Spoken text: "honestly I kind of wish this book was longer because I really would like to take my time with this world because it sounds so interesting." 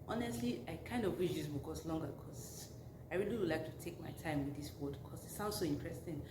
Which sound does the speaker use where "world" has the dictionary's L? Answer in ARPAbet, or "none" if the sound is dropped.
none